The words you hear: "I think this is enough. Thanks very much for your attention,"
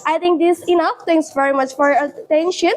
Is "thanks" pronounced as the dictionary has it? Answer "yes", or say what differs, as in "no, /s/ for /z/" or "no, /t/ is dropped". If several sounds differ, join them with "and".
no, /t/ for /θ/ and /k/ is dropped